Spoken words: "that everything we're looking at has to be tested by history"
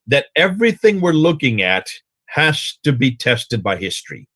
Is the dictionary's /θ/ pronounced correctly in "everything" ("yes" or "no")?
yes